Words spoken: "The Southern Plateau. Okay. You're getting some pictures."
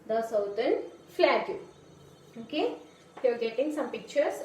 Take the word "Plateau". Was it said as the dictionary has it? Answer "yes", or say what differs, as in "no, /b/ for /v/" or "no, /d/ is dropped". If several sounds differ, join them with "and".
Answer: no, /f/ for /p/